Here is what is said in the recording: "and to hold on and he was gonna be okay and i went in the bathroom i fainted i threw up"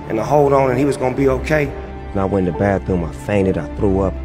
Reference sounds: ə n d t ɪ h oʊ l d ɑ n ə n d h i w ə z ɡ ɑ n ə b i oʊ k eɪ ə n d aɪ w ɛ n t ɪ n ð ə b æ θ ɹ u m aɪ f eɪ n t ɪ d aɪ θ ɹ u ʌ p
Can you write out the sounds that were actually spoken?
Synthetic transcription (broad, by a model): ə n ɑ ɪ h oʊ l d n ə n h i w ə z ɡ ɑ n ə b i oʊ k eɪ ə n aɪ w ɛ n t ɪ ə b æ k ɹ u m aɪ f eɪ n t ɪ d aɪ θ ɹ u ʌ p